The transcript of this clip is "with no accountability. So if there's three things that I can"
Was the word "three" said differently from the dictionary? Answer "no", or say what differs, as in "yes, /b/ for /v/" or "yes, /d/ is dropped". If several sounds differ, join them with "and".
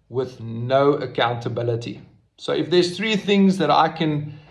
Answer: no